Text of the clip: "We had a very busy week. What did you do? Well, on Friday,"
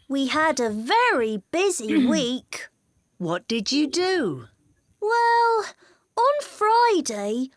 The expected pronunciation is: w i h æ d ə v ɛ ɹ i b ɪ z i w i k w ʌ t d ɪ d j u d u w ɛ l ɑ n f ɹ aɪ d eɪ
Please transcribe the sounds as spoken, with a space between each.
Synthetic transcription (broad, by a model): w i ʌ d ə v ɛ ɹ i b ɪ z i w i k w ʌ t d ɪ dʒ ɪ d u w ɛ l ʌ n f ɹ aɪ d eɪ